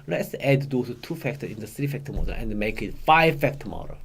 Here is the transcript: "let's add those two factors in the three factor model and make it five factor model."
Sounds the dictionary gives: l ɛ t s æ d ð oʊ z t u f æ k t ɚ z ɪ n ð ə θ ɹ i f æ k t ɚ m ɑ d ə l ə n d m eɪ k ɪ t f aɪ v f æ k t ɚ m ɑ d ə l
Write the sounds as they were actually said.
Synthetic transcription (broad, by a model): l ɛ t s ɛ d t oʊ t u f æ k t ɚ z ɪ n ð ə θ ɹ i f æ k t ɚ m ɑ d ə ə n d m eɪ k ɪ t f aɪ v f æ k t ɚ m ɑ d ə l